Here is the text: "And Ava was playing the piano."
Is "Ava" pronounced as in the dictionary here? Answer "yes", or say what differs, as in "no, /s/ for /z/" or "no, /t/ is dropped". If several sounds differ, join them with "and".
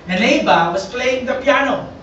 no, /b/ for /v/